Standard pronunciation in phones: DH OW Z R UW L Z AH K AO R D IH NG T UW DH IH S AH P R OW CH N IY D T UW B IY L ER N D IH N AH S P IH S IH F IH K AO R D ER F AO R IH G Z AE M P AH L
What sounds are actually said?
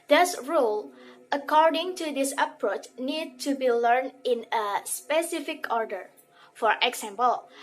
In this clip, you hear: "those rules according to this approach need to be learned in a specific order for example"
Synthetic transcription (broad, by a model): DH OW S R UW L AH K AO R D IH NG T UW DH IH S AH P R OW CH N IY D T UW B IY L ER N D IH N AH S P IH S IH F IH K AO R D ER F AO R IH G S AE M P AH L